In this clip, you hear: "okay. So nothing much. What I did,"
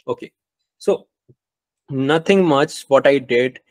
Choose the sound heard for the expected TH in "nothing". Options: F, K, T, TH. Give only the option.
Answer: T